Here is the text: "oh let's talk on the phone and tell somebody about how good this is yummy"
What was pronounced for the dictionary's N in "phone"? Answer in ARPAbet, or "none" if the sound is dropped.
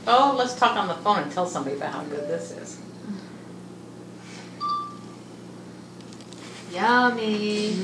none